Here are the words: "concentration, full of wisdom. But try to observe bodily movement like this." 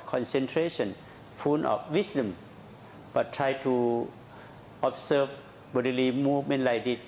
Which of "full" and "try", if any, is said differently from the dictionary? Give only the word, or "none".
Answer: full